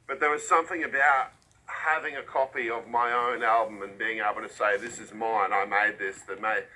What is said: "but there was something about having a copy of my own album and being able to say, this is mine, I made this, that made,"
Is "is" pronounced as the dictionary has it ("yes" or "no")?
yes